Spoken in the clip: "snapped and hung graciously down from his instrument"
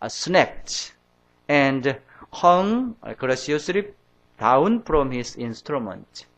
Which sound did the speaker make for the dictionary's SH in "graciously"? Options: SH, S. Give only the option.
S